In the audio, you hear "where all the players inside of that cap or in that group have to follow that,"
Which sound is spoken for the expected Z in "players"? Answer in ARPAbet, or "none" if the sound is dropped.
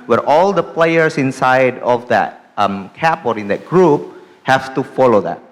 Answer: S